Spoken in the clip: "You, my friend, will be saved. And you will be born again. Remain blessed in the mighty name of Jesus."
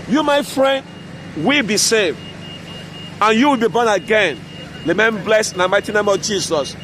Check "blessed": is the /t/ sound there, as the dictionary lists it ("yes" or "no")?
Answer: no